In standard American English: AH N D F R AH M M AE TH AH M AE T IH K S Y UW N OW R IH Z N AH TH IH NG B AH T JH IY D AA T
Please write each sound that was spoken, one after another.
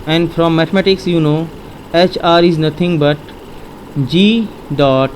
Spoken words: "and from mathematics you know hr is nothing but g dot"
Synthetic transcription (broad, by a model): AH N D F R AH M M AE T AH M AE T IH K S Y UW N OW R IH Z N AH T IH NG B AH T JH IY D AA T